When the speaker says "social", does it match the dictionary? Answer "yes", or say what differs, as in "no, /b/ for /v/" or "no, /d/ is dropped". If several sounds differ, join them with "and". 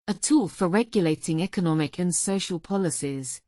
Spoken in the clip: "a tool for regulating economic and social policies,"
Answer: yes